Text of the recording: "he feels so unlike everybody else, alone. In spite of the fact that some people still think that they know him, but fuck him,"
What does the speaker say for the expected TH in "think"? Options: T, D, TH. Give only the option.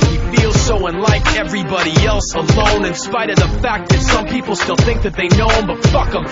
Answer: TH